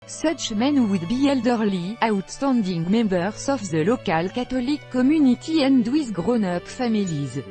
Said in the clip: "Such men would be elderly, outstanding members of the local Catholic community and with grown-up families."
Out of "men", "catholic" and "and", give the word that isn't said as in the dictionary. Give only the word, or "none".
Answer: catholic